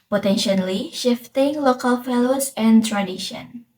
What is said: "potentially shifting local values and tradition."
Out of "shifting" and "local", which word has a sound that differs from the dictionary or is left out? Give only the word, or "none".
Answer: none